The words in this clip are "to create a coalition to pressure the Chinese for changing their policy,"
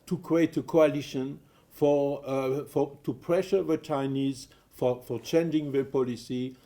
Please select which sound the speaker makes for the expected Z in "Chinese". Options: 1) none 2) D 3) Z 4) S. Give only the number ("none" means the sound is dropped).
3